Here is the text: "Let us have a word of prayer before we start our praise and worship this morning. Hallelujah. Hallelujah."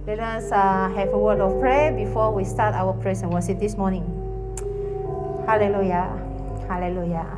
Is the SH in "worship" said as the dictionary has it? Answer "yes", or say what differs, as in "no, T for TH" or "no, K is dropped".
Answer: no, S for SH